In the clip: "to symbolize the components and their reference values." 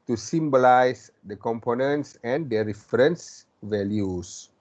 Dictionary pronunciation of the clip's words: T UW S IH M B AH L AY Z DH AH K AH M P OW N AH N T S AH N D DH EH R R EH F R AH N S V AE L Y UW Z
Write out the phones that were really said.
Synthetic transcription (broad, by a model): T UW S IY M B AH L AY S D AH K AH M P OW N AH N T S AH N D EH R R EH F R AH N S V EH L Y UW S